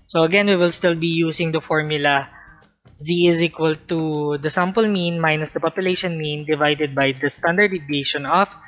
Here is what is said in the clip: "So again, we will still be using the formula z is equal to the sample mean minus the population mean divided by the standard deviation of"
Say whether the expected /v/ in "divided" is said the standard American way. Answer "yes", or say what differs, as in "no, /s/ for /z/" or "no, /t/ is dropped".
yes